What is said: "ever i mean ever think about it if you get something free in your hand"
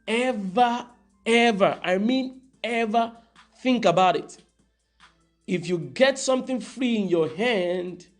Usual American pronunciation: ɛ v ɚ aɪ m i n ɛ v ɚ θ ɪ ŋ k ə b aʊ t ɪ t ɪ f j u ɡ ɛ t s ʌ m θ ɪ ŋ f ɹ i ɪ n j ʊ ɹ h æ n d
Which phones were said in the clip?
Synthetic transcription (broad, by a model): ɛ v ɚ aɪ m i n ɛ v ɚ θ ɪ ŋ k ə b aʊ t ɪ t ɪ f j u ɡ ɛ t s ʌ m θ ɪ ŋ f ɹ i ɪ n j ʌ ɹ h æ n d